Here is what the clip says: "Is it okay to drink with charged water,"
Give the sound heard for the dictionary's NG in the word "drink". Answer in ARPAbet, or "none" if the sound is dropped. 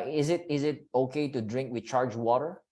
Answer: NG